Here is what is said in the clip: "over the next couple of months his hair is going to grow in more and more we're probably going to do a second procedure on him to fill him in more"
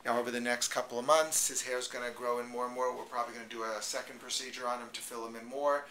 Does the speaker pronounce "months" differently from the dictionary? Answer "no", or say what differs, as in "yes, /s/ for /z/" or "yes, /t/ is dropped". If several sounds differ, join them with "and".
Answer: no